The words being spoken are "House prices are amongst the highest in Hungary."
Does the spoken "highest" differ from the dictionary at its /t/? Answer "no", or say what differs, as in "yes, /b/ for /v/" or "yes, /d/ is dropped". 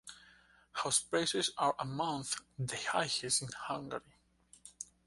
yes, /t/ is dropped